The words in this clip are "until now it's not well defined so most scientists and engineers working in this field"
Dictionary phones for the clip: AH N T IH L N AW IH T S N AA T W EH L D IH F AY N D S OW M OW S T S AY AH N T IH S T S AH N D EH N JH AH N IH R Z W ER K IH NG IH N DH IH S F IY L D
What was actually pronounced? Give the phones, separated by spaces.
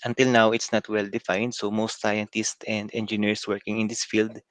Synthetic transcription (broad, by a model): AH N T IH L N AW IH T S N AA T W EH L D IH F AY N D S OW M OW S T S AY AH N T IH S T AH N D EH N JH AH N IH R S W ER K IH NG IH N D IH S F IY L D